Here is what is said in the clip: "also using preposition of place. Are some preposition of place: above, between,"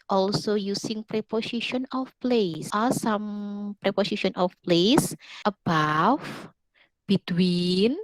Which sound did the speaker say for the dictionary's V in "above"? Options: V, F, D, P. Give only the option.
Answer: F